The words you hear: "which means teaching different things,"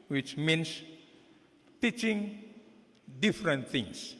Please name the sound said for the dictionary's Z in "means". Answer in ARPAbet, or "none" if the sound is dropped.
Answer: S